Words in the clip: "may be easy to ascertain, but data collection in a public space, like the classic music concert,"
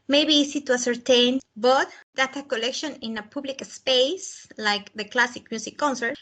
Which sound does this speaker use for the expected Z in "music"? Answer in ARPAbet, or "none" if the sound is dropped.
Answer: S